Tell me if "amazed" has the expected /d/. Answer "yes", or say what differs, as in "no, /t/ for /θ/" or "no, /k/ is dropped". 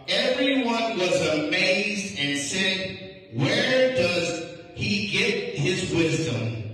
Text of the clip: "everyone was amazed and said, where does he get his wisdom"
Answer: yes